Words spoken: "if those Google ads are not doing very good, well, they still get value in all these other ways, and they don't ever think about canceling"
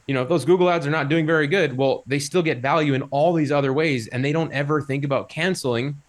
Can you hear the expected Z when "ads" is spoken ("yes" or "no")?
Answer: yes